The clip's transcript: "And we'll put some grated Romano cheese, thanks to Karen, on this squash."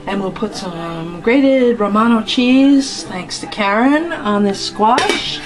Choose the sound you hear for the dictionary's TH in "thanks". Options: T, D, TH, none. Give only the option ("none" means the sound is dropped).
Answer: TH